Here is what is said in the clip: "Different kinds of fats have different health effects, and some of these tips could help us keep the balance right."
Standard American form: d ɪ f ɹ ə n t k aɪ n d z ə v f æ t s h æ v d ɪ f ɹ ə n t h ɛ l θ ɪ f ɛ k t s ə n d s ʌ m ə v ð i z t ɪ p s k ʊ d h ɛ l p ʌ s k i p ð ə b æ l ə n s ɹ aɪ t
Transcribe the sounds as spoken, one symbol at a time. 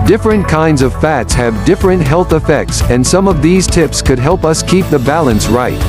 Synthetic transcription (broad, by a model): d ɪ f ɹ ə n k aɪ n d z ə v f æ t s h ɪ v d ɪ f ɹ ə n t h ɛ l θ ɪ f ɛ k t s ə n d s ʌ m ə v ð i z t ɪ p s k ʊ d h ɛ l p ʌ s k i p ð ə b æ l ə n s ɹ aɪ t